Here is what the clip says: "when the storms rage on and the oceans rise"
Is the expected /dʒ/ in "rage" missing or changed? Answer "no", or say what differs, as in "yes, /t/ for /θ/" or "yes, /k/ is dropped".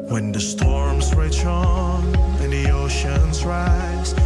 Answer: yes, /tʃ/ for /dʒ/